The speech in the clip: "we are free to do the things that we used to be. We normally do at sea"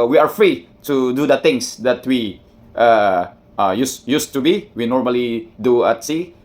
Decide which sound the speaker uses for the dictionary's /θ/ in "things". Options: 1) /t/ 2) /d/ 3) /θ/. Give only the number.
1